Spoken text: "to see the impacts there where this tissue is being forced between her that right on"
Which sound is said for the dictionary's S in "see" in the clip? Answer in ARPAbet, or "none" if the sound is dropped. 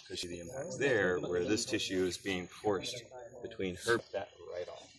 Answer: SH